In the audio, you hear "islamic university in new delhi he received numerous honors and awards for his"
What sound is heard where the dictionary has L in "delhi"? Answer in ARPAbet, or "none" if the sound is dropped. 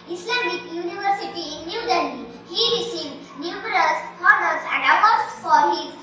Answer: N